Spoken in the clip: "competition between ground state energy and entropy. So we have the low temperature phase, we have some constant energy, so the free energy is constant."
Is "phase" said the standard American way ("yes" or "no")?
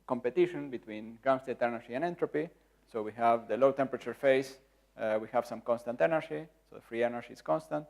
no